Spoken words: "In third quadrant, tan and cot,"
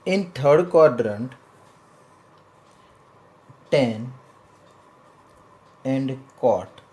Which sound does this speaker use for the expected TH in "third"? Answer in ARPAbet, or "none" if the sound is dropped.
T